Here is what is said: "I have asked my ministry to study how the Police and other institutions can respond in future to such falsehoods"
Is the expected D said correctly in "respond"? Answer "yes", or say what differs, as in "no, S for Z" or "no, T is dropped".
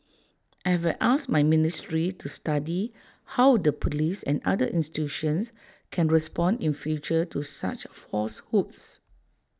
yes